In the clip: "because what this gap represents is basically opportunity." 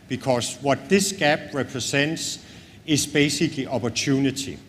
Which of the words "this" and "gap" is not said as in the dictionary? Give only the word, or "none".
gap